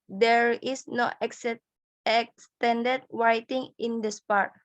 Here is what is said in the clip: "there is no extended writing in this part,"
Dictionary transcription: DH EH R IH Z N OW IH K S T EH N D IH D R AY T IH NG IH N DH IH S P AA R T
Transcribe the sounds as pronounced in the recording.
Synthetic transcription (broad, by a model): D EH R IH S N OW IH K S T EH N D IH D W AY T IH NG IH N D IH S P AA R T